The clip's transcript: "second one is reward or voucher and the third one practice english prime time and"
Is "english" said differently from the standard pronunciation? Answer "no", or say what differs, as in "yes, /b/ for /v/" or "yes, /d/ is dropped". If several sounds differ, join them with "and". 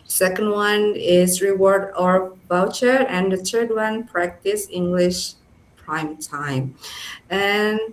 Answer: no